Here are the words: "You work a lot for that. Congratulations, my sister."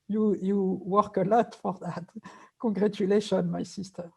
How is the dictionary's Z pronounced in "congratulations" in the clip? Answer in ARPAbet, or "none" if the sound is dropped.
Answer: none